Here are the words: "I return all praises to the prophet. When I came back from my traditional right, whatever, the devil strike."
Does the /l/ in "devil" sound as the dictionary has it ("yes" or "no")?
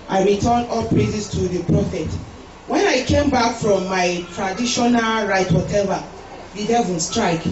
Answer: no